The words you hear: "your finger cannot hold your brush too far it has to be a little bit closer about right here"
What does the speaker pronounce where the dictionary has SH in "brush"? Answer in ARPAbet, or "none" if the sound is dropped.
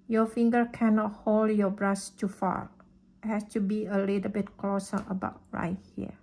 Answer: S